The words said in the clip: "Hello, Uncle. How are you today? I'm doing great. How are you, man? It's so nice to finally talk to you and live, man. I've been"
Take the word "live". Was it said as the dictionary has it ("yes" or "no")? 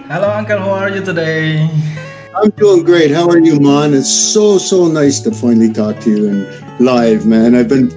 yes